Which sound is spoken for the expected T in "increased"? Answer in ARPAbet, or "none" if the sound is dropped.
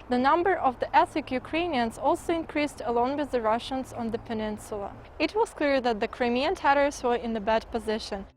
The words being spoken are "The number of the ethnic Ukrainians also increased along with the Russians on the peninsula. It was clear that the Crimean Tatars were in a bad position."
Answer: T